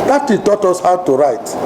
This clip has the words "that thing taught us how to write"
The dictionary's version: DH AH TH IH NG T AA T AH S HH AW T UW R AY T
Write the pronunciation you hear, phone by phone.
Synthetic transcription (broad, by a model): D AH T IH T AA T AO S HH AW T UW R AY T